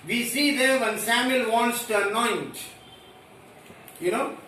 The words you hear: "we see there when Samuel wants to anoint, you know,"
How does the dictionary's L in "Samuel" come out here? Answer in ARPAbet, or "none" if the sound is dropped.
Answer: L